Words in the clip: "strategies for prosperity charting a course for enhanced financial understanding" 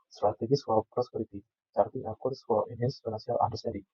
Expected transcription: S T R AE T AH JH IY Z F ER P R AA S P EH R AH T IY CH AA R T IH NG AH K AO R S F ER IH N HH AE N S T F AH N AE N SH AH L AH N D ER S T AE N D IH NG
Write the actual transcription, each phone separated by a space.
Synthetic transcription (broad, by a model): S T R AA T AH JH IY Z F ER P R AA S P EH R AH T IY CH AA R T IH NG AH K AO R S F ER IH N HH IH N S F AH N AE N S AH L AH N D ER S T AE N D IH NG